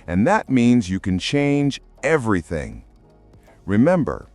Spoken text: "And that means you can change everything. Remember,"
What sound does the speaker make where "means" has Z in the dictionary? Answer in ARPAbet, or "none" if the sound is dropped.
Z